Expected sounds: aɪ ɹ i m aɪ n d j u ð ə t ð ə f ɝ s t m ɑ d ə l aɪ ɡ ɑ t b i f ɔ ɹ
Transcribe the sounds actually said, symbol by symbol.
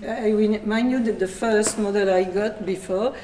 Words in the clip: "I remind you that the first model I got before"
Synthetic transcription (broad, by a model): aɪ w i m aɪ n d j u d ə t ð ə f ɝ s t m ɑ d ə l aɪ ɡ ɑ t b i f ɔ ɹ